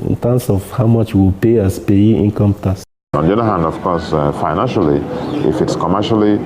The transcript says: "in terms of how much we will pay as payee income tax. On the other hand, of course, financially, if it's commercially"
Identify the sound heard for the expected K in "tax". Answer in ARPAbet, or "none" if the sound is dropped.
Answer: none